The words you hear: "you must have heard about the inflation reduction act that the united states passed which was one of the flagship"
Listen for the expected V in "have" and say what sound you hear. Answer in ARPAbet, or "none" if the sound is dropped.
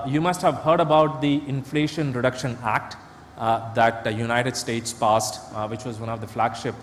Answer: V